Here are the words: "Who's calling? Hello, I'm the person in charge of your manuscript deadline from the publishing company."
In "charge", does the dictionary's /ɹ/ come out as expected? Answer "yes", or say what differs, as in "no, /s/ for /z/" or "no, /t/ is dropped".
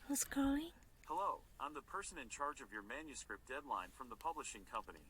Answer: yes